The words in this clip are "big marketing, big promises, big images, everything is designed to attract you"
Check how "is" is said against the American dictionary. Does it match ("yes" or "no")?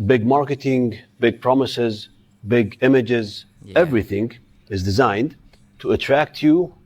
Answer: yes